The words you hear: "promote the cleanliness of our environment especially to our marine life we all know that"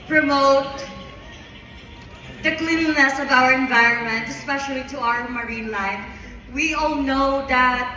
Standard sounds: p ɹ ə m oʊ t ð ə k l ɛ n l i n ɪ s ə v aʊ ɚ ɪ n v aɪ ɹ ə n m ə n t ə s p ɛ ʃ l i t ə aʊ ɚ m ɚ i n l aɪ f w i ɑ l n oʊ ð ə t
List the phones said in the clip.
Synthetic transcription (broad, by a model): p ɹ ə m oʊ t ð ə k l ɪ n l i n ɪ s ə v aʊ ɚ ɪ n v aɪ ɹ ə n m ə n t ə s p ɛ ʃ l i t ə aʊ ɚ m ɚ i n l aɪ f w i ɑ l n oʊ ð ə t